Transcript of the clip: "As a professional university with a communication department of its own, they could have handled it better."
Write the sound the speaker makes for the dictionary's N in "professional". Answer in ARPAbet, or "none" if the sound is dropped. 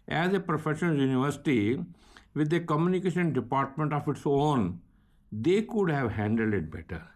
none